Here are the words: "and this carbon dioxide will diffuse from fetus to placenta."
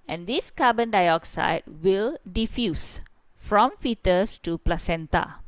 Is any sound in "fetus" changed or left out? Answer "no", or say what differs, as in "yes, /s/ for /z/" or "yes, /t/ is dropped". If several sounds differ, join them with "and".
no